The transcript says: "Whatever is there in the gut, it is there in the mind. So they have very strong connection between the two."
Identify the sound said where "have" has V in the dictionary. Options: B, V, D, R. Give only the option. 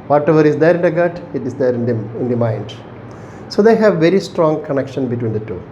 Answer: V